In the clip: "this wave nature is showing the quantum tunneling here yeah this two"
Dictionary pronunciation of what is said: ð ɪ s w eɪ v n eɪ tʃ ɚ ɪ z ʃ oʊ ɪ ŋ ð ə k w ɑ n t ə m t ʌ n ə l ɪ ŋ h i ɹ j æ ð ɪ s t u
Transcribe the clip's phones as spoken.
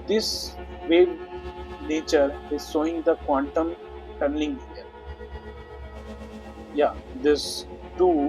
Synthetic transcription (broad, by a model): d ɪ s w eɪ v n eɪ tʃ ɚ ɪ z s oʊ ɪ ŋ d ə k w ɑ n t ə m t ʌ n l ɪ ŋ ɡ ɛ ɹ j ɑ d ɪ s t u